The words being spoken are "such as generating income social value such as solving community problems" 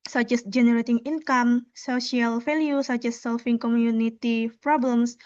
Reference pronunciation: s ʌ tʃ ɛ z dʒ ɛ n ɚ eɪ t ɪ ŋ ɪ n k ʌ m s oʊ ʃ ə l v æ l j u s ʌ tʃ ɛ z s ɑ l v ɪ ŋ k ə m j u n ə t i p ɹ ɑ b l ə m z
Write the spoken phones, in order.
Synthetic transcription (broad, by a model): s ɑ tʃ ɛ s dʒ ɛ n ɚ eɪ t ɪ ŋ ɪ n k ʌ m s oʊ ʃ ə l f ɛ l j u s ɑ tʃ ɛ s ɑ l f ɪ ŋ k ə m j u n ə t i p ɹ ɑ b l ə m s